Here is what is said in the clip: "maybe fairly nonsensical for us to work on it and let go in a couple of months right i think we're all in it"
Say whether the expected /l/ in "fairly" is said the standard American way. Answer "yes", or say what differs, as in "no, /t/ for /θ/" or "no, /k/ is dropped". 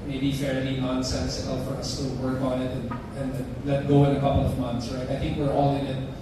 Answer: no, /n/ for /l/